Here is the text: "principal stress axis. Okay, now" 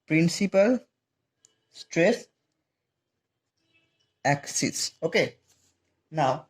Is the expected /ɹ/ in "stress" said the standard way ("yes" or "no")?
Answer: yes